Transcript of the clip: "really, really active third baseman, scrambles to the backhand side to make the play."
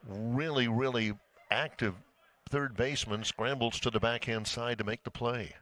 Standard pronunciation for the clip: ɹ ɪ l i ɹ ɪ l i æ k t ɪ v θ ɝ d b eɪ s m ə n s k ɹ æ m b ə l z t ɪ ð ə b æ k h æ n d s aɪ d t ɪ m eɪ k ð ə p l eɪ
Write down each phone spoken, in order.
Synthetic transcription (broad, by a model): ɹ ɪ l i ɹ ɪ l i æ k t ɪ v θ ɝ d b eɪ s m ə n s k ɹ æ m b l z t ɪ ð ə b æ k h æ n d s aɪ d t ɪ m eɪ k ð ə p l eɪ